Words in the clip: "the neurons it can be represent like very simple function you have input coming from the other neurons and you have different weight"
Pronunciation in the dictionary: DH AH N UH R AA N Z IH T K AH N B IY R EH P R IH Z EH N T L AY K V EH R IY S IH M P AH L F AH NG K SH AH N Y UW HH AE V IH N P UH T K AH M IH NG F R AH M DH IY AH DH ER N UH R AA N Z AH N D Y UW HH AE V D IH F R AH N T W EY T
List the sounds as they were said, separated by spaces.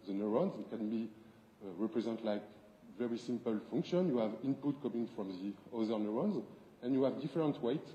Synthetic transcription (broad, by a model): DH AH N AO R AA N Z IH T K AH N B IY R EH P R IH Z EH N T L AY K V EH R IY S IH M P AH L F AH NG K SH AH N Y UW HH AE V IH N P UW T K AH M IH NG F R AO M DH IY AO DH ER N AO R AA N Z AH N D Y UW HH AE V D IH F R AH N T W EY T